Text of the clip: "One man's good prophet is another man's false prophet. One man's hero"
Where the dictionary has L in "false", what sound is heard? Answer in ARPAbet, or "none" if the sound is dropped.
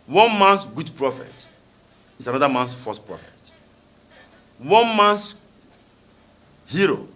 none